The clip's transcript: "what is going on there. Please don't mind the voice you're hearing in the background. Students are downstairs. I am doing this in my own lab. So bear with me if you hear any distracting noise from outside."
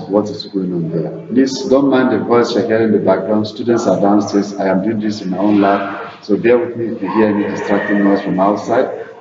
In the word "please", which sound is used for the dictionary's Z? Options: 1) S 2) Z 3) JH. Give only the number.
1